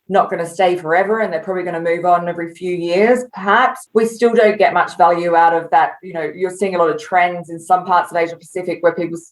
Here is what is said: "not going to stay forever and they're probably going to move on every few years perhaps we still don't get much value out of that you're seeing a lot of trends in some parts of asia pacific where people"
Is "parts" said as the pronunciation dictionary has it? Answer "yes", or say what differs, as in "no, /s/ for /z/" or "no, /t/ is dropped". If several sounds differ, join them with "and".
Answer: yes